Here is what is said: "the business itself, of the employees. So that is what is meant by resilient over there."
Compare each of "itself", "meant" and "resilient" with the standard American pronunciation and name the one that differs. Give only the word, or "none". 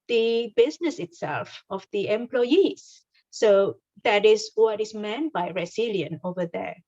resilient